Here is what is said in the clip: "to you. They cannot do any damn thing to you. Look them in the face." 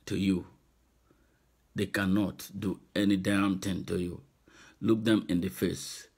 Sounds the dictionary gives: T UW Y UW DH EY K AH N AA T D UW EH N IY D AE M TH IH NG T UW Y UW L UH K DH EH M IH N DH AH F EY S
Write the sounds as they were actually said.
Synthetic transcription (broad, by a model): T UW Y UW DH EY K AH N AA T D UW EH N IY D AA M T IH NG T UW Y UW L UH K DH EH M IH N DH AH F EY S